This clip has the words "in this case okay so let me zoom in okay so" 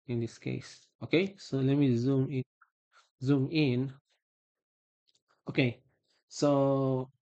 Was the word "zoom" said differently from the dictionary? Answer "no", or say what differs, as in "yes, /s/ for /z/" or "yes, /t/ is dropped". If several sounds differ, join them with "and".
no